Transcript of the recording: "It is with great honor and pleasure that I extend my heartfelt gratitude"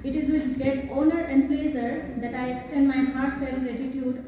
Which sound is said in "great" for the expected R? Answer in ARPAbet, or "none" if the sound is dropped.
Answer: none